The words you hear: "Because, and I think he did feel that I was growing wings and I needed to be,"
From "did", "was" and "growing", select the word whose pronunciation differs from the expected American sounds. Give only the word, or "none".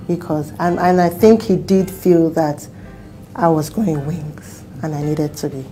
growing